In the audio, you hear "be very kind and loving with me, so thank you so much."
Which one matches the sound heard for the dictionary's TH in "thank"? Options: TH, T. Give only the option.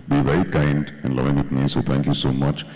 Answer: T